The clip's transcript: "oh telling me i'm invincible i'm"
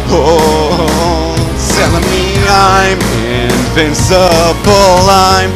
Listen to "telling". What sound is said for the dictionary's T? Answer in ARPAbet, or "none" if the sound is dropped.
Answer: S